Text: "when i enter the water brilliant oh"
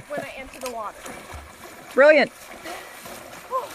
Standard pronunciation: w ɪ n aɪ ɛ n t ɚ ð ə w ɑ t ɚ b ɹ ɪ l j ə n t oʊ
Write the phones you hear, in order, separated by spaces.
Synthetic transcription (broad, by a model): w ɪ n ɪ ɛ n s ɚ ð ə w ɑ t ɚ b ɹ ɪ l j ə n t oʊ